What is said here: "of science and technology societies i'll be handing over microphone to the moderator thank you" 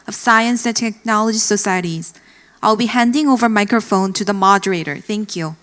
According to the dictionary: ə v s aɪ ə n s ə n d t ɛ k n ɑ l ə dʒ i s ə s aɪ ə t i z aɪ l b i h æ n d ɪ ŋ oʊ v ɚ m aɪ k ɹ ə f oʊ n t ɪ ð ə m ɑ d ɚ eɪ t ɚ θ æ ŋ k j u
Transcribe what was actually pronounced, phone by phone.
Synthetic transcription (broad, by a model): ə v s aɪ ə n s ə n t ɛ k n ɑ l ə dʒ i s ə s aɪ ə t i z aɪ l b i h æ n d ɪ ŋ oʊ v ɚ m aɪ k ɹ ə f oʊ n t ɪ ð ə m ɑ d ɚ eɪ t ɚ θ æ ŋ k j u